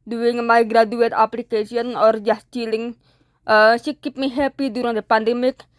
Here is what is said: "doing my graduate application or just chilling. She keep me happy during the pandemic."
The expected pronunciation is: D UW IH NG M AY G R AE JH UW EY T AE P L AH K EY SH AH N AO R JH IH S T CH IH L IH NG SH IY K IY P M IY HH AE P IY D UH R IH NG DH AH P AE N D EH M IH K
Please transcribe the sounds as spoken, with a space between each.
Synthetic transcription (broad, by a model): D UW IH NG M AY G R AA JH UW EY T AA P L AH K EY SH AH N AO R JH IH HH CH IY L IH NG S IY K IY P M IY HH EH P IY D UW R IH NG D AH P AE N D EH M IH K